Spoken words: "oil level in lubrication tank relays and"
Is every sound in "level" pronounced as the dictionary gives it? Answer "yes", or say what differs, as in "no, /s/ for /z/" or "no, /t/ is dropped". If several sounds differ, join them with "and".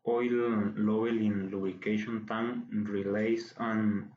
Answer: no, /b/ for /v/